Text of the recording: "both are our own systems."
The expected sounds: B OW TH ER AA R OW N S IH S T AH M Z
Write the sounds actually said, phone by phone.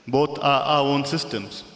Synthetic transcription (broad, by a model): B OW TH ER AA W OW N S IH S T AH M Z